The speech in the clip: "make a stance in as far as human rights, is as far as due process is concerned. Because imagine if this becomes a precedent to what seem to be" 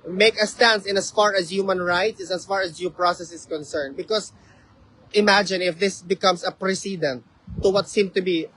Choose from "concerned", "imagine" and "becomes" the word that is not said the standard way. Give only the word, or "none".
becomes